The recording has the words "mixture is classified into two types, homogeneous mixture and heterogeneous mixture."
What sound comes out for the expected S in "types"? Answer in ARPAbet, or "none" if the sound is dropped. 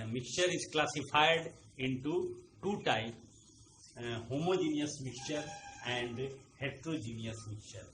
none